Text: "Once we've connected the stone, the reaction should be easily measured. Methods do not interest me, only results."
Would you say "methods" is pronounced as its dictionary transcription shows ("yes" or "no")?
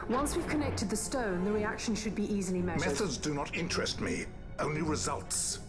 yes